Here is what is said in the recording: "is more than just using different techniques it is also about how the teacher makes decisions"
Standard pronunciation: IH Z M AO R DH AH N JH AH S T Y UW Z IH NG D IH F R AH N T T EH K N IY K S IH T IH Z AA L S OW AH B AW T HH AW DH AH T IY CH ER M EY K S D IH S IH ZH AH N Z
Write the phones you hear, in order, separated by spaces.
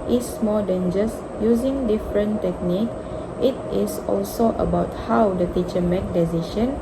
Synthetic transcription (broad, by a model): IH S M AO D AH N JH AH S Y UW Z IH NG D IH F R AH N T T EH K N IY K IH T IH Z AA L S OW AH B AW T HH AW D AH T IY CH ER M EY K D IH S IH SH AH N